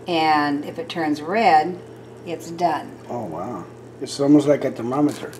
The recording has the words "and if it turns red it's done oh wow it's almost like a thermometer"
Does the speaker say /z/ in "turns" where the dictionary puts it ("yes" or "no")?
yes